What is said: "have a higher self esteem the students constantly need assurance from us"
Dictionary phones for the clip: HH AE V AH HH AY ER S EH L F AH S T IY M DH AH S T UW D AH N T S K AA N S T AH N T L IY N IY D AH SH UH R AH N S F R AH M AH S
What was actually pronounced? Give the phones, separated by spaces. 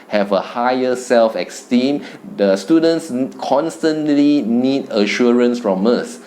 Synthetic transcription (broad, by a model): HH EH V AH HH AY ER S EH L F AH S T IY M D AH S T UW D AH N T S K AA N S T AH N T L IY N IY D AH SH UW R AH N S F R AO M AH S